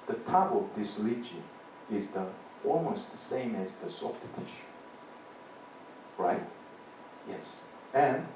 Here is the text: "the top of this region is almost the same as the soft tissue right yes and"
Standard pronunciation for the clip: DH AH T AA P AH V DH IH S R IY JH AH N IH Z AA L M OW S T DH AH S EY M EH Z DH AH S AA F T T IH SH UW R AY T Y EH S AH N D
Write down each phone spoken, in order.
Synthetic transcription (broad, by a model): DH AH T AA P AH V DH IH S L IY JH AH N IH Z AA L M OW S T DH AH S EY M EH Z DH AH S AA F T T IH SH R AY T Y EH S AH N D